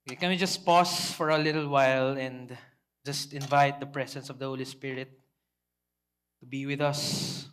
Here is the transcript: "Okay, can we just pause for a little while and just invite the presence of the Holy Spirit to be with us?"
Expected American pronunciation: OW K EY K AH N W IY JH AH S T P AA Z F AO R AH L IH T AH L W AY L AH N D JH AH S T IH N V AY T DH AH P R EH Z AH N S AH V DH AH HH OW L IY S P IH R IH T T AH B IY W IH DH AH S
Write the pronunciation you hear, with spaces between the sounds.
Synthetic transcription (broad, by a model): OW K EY K AH N W IY JH AH S T P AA S F AO R AH L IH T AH L W AY L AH N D JH AH S T IH N V AY T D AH P R EH S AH N S AH V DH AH HH OW L IY S P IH R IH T T AH B IY W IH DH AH S